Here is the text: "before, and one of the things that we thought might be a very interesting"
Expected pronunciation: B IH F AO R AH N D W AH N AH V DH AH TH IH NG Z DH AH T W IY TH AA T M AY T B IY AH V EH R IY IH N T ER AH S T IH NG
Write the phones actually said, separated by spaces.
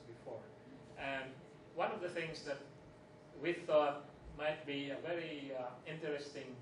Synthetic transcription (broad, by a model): B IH F AO R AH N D W AH N AH V DH AH TH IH NG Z DH AH T W IY TH AA T M AY T B IY AH V EH R IY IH N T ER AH S T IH NG